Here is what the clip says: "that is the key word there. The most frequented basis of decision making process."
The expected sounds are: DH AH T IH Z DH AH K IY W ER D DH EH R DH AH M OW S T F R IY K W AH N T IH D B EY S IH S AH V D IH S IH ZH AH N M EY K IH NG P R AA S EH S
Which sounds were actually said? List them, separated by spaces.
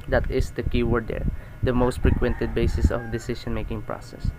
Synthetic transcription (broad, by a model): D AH T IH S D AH K IY W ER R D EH R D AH M OW S T F R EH K W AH N T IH D B EY S IH S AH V D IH S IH SH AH N M EY K IH NG P R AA S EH S